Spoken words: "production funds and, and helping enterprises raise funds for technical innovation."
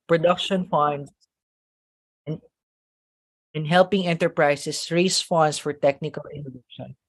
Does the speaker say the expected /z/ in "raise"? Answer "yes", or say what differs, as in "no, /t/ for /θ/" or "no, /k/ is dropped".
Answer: no, /s/ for /z/